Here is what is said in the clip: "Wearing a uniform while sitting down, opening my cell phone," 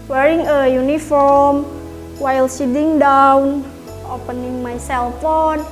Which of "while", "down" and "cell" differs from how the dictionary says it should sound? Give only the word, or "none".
none